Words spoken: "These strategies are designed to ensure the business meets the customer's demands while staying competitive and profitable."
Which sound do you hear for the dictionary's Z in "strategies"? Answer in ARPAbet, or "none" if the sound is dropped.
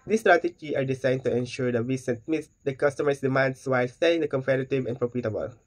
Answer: none